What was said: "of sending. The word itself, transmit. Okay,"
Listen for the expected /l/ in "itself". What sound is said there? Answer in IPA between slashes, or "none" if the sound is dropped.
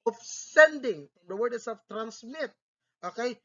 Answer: none